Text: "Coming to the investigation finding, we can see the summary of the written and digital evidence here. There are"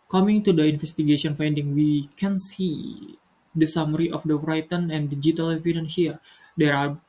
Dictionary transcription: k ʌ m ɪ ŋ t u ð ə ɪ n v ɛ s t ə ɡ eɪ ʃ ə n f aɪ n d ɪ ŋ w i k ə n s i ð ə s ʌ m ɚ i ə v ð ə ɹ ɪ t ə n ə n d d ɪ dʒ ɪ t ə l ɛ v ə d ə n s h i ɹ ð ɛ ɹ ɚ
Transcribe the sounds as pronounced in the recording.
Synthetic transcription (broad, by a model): k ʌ m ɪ ŋ t u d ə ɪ n f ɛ s t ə ɡ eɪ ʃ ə n f aɪ n d ɪ ŋ w i k ə n s i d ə s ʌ m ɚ i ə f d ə ɹ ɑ t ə n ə n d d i dʒ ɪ t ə l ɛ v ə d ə n h i ɹ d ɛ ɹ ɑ